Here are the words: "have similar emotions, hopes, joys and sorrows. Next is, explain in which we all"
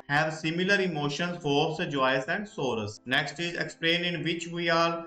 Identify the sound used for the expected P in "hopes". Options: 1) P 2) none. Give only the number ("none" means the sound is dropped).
2